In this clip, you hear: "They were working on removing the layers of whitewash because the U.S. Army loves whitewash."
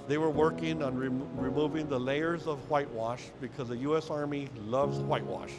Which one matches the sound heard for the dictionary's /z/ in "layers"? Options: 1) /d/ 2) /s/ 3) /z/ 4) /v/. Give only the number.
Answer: 3